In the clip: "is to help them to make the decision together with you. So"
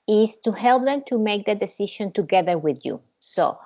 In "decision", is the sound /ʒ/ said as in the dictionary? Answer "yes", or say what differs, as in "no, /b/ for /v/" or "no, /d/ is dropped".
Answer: no, /ʃ/ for /ʒ/